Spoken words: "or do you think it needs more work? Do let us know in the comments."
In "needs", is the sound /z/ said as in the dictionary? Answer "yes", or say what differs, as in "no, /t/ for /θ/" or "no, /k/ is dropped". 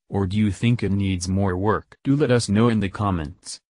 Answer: yes